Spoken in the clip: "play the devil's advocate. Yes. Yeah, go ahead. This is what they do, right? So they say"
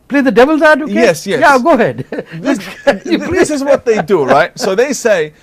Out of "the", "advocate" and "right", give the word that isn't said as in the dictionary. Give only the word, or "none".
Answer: advocate